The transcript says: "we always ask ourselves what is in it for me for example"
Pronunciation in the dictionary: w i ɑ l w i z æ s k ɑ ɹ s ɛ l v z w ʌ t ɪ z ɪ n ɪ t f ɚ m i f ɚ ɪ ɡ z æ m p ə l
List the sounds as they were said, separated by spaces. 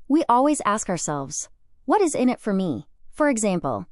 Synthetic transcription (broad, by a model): w i ɑ l w i z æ s k ɑ ɹ s ɛ l v z w ʌ t ɪ z ɪ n ɪ t f ɚ m i f ɚ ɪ ɡ z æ m p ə l